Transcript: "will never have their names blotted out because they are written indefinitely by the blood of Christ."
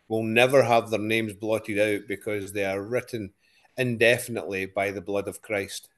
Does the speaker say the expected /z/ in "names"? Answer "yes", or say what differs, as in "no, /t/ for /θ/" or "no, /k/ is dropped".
yes